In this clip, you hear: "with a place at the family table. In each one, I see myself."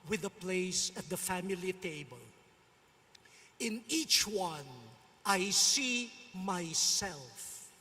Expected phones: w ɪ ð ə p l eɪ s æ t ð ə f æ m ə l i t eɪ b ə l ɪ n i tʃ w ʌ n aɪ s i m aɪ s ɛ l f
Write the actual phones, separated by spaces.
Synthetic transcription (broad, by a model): w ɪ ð ə p l eɪ s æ t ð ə f æ m ə l i t eɪ b ə l ɪ n i tʃ w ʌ n aɪ s i m aɪ s ɛ l f